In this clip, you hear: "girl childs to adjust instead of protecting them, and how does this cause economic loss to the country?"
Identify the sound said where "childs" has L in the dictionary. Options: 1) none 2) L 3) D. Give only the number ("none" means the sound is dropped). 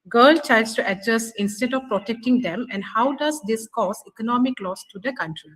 1